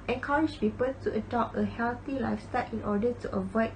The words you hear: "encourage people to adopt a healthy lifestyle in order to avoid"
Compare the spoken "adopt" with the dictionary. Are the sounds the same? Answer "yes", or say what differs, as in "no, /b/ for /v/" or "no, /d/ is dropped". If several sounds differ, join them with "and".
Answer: no, /t/ is dropped